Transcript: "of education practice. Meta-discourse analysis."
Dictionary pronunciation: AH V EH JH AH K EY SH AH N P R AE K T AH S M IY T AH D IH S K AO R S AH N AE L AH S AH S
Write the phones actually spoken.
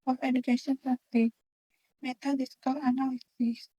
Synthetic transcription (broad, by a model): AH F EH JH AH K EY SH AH N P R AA T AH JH M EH T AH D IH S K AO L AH N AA L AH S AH S